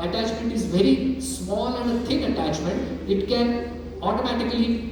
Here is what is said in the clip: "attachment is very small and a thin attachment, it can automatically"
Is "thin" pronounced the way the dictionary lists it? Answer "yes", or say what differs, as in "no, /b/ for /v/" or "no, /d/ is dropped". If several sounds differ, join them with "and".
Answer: no, /t/ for /θ/